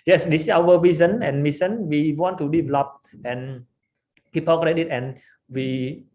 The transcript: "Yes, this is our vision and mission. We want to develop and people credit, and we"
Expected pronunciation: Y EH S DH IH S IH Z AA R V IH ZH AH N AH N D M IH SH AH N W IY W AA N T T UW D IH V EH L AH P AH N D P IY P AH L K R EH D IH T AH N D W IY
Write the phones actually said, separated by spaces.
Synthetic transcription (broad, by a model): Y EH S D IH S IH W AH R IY Z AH N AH N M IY S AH N W IY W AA N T T UW D IH V EH L AH P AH N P IY P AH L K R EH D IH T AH N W IY